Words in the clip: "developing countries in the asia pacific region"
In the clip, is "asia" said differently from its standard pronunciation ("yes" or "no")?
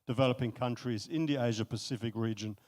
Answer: no